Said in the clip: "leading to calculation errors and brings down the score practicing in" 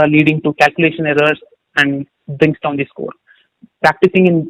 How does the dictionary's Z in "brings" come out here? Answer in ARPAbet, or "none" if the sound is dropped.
S